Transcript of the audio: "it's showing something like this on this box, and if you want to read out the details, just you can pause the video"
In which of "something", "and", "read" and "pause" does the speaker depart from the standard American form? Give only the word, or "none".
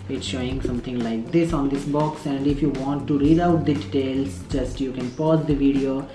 something